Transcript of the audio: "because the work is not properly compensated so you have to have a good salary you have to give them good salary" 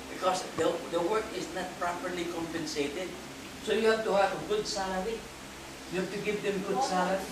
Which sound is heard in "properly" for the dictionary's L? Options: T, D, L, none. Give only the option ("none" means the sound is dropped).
L